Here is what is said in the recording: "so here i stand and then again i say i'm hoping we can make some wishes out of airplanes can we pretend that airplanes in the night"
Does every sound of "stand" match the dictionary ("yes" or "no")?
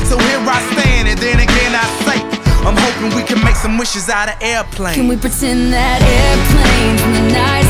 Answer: no